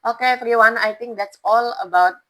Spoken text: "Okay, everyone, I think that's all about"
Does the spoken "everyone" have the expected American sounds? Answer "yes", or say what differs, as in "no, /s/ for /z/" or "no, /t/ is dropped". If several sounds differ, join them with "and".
no, /f/ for /v/